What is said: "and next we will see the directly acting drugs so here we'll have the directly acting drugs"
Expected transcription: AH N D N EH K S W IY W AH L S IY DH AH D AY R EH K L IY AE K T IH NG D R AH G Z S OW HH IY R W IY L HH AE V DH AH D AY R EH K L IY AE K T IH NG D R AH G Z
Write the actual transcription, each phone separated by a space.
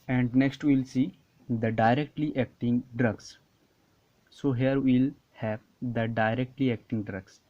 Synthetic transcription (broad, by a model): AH N D N EH K S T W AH L S IY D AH D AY R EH K L IY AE K T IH NG D R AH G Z S OW HH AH R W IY L HH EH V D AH D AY R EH K L IY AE K T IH NG D R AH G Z